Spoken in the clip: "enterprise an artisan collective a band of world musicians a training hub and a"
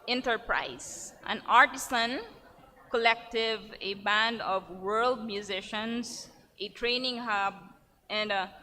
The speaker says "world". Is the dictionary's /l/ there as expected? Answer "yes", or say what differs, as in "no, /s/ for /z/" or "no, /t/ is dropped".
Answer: yes